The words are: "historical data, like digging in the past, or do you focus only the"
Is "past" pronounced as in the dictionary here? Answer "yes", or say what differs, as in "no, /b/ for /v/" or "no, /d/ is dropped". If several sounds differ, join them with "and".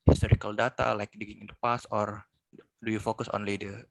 no, /t/ is dropped